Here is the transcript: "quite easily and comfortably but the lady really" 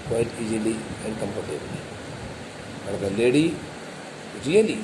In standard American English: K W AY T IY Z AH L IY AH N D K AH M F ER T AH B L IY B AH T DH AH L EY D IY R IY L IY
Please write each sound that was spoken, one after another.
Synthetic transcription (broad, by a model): K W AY T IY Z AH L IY AH N D K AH M P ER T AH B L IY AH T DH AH L EY D IY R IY L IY